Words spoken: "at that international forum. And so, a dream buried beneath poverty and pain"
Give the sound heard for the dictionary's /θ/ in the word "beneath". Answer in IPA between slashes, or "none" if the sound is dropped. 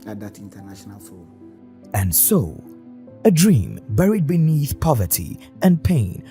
/θ/